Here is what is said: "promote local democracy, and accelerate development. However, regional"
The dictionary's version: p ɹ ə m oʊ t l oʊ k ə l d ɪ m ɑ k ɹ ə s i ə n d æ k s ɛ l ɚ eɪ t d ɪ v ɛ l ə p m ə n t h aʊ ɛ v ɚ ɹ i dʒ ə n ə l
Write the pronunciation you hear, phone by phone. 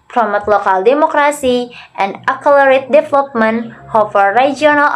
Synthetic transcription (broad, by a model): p ɹ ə m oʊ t l oʊ k ə l d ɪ m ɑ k ɹ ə s i ə n d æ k ɛ l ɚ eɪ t d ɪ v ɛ l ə p m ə n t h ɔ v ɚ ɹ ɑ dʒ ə n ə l